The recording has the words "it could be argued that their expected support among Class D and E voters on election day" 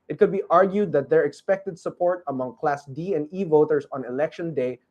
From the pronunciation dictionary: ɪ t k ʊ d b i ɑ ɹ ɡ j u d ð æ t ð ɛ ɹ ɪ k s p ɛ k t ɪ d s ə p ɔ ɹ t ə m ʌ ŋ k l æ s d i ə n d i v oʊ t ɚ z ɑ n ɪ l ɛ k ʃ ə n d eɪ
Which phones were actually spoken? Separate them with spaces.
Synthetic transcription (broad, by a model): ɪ t k ʊ d b i ɑ ɹ ɡ j u d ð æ t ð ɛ ɹ ɪ k s p ɛ k t ɪ d s ə p ɔ ɹ t ə m ʌ ŋ k l æ s d i ə n d i v oʊ t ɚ s ɑ n ɪ l ɛ k ʃ ə n d eɪ